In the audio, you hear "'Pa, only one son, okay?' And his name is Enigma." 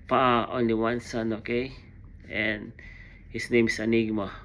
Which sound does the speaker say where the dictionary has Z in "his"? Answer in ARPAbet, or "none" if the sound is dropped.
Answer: S